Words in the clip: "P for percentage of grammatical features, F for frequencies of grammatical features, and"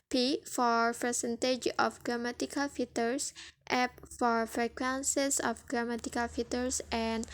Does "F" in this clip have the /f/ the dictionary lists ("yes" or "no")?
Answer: no